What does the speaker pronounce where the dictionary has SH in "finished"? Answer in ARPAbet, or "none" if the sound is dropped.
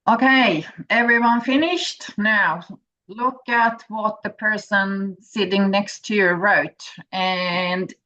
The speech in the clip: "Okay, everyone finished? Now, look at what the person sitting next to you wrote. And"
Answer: SH